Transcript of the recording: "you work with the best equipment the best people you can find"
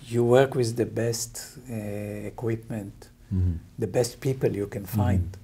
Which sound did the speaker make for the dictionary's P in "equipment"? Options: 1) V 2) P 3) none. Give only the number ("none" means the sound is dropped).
2